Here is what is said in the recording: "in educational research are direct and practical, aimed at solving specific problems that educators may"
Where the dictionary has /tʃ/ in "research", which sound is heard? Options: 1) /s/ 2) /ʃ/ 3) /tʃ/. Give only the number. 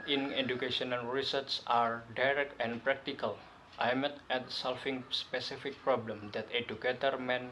1